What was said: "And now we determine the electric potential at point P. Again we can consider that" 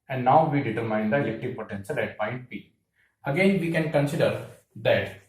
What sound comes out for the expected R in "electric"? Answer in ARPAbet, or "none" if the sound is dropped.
none